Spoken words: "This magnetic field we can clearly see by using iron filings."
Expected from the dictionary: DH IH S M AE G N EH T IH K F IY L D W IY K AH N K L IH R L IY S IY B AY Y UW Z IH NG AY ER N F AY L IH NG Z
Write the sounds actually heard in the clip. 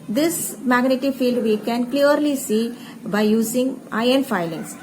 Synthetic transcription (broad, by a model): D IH S M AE G N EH T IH F IY L D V IY K AH N K L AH R L IY S IY B AY Y UW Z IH NG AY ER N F AY L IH NG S